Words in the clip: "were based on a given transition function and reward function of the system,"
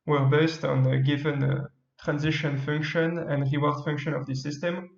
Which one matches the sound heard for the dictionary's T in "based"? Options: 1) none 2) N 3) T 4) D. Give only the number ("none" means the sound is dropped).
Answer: 3